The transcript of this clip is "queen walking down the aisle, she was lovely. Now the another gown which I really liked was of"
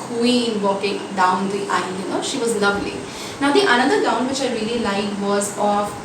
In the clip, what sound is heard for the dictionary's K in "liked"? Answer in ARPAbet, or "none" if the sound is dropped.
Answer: none